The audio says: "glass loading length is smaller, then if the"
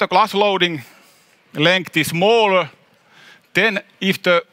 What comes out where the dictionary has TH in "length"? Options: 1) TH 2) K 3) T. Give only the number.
3